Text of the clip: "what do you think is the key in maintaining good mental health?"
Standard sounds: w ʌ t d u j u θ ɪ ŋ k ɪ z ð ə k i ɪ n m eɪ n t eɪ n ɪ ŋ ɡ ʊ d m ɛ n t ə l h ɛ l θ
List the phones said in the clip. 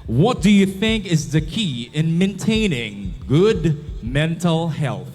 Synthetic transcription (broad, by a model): w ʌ t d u j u θ ɪ ŋ k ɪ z ð ə k i ɪ n m eɪ n t eɪ n ɪ ŋ ɡ ʊ d m ɛ n t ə l h ɛ l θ